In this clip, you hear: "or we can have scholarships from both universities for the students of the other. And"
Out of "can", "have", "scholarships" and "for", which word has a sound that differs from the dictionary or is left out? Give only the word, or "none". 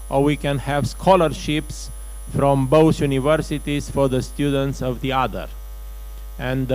none